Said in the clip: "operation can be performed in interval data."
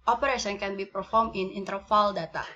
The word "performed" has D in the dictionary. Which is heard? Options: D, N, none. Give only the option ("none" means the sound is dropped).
none